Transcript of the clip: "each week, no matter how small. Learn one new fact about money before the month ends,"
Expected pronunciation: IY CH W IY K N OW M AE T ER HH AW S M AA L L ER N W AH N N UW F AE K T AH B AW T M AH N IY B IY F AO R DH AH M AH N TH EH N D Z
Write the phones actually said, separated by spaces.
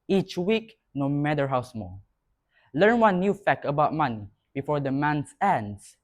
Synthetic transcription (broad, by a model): IY CH W IY K N OW M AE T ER HH AW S M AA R L ER N W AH N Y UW F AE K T AH B AW T M AH N IY B IY F AO R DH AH M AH N S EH N D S